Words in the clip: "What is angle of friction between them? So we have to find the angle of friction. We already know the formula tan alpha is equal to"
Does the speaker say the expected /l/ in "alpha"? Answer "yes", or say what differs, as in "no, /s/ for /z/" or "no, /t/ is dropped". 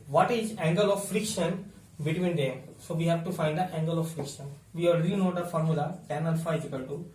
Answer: no, /n/ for /l/